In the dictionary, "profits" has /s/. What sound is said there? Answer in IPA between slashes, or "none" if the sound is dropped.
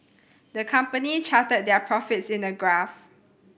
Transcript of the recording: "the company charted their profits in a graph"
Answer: /s/